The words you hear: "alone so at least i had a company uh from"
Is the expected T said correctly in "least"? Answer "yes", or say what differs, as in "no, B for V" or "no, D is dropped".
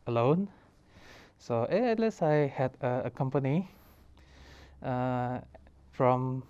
no, T is dropped